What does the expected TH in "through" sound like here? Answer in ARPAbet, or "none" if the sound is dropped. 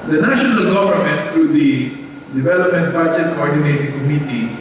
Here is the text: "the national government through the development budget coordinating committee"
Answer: T